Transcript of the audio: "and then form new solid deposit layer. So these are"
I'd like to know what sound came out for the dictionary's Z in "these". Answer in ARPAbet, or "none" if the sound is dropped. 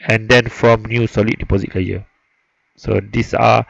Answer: S